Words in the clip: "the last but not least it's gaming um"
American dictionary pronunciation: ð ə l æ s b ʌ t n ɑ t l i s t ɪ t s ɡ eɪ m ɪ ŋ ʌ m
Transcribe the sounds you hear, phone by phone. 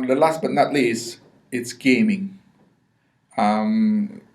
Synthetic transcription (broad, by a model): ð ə l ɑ s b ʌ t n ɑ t l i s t ɪ t s ɡ eɪ m ɪ ŋ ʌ m